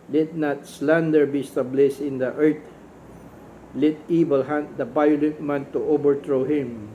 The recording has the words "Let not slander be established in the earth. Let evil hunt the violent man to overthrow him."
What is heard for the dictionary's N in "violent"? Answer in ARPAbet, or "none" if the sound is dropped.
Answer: none